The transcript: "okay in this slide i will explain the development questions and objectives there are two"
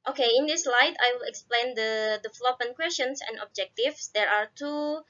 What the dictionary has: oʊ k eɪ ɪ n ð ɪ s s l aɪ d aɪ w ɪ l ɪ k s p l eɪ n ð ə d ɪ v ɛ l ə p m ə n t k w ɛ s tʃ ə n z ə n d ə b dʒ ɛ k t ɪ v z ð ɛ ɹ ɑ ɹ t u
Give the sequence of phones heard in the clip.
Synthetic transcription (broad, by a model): oʊ k eɪ ɪ n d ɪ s s l aɪ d aɪ w ɪ l ɪ k s p l eɪ n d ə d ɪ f l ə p ə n k w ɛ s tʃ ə n s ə n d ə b dʒ ɛ k t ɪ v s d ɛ ɹ ɑ ɹ t u